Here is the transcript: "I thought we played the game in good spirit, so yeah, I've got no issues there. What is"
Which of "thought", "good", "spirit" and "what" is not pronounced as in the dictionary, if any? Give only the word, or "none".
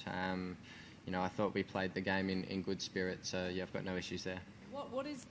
none